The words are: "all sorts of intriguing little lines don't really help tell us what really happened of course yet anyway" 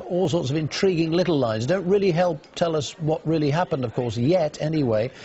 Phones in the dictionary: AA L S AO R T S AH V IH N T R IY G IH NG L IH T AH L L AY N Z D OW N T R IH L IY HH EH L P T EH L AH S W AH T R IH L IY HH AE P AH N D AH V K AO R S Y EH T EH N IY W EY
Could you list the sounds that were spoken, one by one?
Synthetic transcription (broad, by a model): AA L S AO R T S AH V IH N T R IY G IH NG L IH T L L AY N Z D OW N T R IH L IY HH EH L P T EH L AH S W AH T R IH L IY HH AE P AH N D AH V K AO R S Y EH T EH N IY W EY